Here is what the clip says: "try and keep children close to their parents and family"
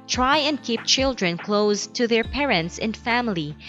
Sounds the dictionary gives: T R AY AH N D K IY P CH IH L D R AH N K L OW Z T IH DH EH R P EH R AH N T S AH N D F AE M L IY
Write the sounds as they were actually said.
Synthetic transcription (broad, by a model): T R AY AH N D K IY P CH IH L D R AH N K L OW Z T IH DH EH R P EH R AH N T S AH N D F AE M L IY